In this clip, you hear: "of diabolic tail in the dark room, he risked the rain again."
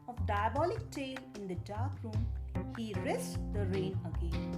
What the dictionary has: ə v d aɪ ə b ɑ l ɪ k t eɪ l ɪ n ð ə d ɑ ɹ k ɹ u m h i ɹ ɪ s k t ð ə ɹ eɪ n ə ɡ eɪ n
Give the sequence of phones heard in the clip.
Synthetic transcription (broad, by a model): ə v d aɪ ə b ɑ l ɪ k t eɪ l ɪ n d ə d ɑ ɹ k ɹ u m h i ɹ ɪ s t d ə ɹ eɪ n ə ɡ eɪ n